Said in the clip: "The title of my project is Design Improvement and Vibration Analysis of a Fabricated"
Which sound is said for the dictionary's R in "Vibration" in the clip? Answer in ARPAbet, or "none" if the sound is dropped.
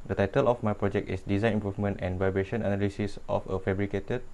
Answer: R